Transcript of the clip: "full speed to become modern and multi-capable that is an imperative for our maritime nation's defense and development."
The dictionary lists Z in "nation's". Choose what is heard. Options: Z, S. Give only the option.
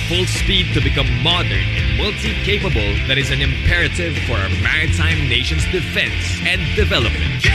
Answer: Z